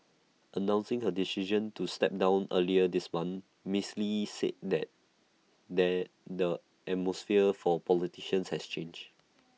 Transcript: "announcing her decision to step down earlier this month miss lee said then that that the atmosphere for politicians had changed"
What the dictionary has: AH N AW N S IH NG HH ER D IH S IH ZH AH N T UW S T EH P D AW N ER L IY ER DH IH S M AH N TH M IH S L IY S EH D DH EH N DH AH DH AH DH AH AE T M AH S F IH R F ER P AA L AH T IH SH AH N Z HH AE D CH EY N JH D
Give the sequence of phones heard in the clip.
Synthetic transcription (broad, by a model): AH N AW N S IH NG HH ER D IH S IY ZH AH N T UW S T EH P D AW N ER L IY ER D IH S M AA N M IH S L IY S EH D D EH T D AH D AH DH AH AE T M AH S F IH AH F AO P AA L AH T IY SH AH N S HH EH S CH EY N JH